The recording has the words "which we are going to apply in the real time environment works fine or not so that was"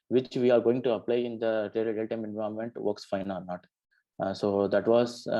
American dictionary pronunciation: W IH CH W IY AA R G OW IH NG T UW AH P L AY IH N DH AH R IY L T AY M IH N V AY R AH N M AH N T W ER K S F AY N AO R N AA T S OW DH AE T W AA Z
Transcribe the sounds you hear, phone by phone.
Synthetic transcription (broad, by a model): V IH CH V IY AA R G OW IH NG T UW AH P L AY IH N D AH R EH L T AY M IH N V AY AH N M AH N T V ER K S F AY N AO R N AA T S OW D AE T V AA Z